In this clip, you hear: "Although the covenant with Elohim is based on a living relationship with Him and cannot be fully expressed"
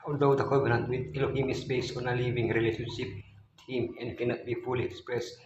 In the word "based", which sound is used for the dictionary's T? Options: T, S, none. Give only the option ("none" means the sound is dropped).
none